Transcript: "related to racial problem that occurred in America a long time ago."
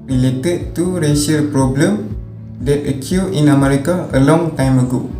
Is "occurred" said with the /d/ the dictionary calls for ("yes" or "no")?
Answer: no